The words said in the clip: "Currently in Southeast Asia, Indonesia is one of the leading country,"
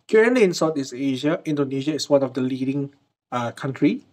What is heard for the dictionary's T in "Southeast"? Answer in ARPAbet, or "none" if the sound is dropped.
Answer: none